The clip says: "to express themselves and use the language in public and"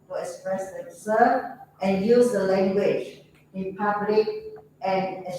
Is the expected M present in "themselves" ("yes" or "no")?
no